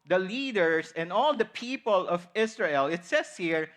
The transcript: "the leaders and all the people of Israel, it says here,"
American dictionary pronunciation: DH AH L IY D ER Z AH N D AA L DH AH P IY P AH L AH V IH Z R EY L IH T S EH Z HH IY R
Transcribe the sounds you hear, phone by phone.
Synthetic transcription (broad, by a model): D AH L IY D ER S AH N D AA L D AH P IY P AH L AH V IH S R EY L IH T S EH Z HH IY R